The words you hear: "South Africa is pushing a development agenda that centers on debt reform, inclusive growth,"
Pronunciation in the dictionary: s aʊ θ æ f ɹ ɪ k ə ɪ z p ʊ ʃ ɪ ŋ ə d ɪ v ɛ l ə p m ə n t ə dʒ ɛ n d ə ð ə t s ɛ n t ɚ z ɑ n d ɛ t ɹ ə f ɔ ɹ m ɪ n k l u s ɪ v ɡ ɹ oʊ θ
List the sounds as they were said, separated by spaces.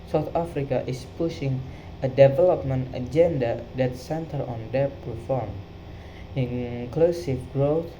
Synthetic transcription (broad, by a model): s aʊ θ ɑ f ɹ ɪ k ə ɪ s p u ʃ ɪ ŋ ə d ɪ v ɛ l ə p m ə n t ə dʒ ɛ n d ə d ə t s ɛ n t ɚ ɑ n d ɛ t ɹ ə f ɔ ɹ m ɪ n k l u s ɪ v ɡ ɹ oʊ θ